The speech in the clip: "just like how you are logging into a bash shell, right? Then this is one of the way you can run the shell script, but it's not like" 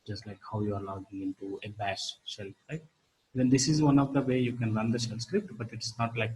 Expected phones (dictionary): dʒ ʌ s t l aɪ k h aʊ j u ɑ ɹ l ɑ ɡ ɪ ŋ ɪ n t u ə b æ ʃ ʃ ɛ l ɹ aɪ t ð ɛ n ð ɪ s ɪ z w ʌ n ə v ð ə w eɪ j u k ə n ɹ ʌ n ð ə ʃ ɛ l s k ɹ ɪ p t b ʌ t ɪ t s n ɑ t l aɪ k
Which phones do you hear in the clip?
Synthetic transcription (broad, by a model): dʒ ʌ s t l aɪ k h aʊ j u ɑ ɹ n ɑ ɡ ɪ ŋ ɪ n t u ə b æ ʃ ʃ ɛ l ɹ aɪ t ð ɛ n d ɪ s ɪ z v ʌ n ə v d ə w eɪ j u k ə n ɹ ʌ n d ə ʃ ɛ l s k ɹ ɪ p t b ʌ t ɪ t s n ɑ t l aɪ k